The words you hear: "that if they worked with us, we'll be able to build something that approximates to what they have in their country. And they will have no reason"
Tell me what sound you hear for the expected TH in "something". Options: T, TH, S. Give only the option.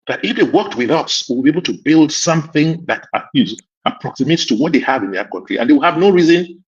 TH